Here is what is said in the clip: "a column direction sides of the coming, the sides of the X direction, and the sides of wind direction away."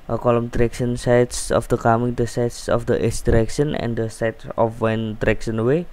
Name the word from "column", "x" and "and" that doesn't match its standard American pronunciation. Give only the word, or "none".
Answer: x